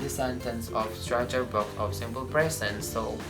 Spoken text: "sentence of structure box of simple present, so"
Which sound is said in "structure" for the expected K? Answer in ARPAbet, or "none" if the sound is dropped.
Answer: none